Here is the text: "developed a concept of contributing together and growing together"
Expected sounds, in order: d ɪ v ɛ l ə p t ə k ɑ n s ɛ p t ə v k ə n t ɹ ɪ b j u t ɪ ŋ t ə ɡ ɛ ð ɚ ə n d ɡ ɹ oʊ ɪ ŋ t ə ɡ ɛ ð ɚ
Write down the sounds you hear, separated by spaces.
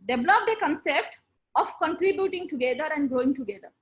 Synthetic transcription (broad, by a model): d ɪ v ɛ l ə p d ə k ɑ n s ɛ p t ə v k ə n t ɹ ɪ b j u t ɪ ŋ t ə ɡ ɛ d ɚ ə n d ɡ ɹ oʊ ɪ ŋ t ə ɡ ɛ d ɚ